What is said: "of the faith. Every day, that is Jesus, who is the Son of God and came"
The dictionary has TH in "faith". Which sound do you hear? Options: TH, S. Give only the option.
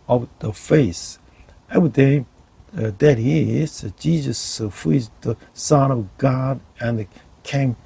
S